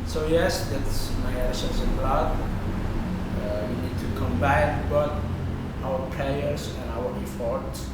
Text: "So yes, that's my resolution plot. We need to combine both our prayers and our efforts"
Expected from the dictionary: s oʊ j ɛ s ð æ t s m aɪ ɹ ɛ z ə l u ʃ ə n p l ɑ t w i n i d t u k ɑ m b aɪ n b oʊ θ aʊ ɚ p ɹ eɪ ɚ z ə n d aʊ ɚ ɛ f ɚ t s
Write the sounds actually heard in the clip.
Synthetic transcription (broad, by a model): s oʊ j ɛ s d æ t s m aɪ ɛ s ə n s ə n b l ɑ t w i n i d t u k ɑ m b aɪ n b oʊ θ aʊ ɚ p ɹ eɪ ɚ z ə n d aʊ ɚ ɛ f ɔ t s